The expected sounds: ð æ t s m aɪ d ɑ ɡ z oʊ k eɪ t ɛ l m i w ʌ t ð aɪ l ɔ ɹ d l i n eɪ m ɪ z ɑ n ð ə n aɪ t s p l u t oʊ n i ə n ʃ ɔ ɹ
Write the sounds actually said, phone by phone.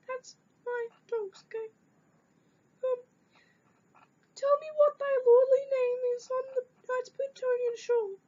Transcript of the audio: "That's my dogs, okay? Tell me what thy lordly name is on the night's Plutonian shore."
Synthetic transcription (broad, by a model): ð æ t s m aɪ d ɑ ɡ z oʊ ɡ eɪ t ɛ l m i w ʌ t ð aɪ l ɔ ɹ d l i n eɪ m ɪ z n ð ə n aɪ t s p u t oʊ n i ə n ʃ ɔ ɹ